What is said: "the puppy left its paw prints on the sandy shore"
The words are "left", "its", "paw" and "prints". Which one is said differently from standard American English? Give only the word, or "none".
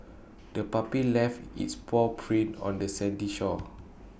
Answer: prints